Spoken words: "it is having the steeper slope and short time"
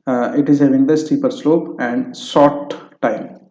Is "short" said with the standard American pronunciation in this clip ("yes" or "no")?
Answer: no